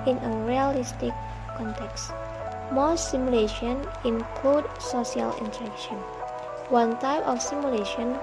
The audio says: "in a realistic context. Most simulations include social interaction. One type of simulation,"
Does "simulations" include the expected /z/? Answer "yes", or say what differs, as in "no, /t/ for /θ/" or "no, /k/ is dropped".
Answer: no, /z/ is dropped